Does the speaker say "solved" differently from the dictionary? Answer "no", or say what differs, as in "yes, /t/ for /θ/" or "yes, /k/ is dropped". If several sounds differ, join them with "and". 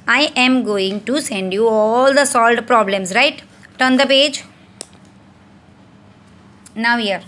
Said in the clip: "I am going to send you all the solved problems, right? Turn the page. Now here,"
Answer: yes, /v/ is dropped